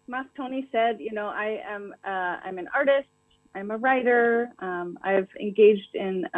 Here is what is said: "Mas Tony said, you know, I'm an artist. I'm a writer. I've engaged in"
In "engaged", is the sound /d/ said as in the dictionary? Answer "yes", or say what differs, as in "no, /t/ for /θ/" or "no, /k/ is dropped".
yes